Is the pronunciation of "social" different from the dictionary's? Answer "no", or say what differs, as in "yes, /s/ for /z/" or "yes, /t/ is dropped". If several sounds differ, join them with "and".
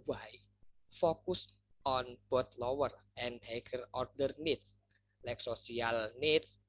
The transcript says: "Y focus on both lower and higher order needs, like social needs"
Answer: yes, /s/ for /ʃ/